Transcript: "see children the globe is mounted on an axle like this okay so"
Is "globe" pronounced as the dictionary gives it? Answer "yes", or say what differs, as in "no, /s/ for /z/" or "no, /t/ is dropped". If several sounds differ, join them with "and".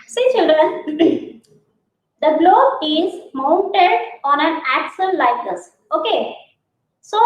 no, /b/ is dropped